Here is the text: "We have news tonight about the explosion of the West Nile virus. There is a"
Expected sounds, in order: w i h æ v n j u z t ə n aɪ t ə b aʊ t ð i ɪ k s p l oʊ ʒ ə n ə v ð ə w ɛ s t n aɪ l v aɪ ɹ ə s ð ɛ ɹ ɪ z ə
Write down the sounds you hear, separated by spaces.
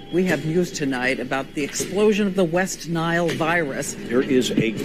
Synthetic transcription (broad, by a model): w i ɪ v n j u z t ə n aɪ t ə b aʊ t ð i ɪ k s p l oʊ ʒ ə n ə v ð ə w ɛ s t n aɪ l v aɪ ɹ ə s ð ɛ ɹ ɪ z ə